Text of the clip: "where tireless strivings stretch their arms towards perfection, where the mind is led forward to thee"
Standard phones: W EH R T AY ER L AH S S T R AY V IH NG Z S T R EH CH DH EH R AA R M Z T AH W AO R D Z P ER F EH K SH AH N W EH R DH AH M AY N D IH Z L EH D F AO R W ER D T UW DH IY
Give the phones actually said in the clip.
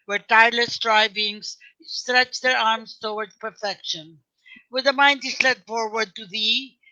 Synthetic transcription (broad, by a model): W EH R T AY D L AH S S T R AY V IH NG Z S T R EH CH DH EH R AA R M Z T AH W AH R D P ER F EH K SH AH N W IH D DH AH M AY N D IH S L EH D F AO R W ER D T UW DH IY